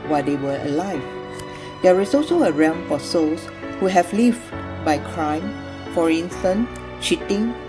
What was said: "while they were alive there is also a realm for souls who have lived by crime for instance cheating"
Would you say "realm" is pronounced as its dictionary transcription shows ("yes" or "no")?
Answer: no